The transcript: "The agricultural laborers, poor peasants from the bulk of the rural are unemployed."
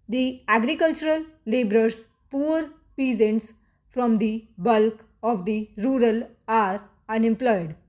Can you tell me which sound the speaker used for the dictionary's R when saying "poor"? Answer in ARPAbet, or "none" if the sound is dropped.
R